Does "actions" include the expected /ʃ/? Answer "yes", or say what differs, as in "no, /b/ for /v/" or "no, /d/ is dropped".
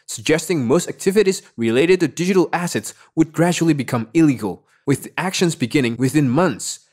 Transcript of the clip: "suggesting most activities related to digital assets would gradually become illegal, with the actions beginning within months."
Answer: yes